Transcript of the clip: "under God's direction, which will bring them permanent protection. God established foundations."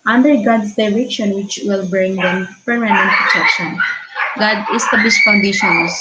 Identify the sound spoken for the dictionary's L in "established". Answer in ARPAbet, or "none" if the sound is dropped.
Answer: none